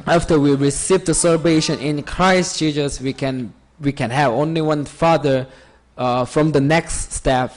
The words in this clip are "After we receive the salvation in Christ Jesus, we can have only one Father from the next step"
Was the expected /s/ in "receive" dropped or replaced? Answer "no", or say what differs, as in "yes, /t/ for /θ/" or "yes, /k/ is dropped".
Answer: no